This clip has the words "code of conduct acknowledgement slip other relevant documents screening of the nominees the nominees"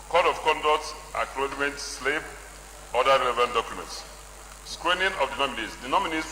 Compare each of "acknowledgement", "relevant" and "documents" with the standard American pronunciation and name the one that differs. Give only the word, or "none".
acknowledgement